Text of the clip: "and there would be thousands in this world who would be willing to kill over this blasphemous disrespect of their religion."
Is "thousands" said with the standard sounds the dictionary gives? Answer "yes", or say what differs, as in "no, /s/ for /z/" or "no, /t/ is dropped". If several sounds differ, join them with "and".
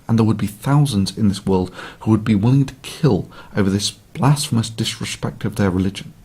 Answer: yes